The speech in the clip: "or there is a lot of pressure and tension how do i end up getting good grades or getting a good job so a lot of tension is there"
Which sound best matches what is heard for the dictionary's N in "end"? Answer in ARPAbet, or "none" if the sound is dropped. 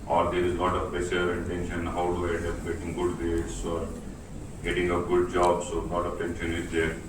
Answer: none